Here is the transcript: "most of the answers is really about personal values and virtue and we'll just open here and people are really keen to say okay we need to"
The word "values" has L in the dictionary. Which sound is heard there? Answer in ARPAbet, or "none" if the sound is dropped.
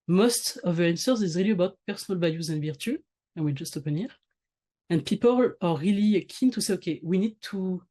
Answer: none